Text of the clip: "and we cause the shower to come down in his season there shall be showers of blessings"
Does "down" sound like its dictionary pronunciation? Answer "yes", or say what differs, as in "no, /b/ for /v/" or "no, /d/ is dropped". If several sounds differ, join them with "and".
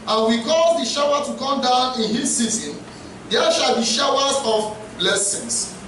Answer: yes